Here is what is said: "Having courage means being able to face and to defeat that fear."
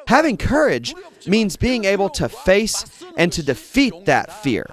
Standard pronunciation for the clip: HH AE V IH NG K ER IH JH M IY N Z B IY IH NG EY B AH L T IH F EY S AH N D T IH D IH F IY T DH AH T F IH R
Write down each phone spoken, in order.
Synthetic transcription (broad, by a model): HH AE V IH NG K ER IH JH M IY N Z B IY IH NG EY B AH L T IH F EY S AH N T IH D IH F IY T DH AH T F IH R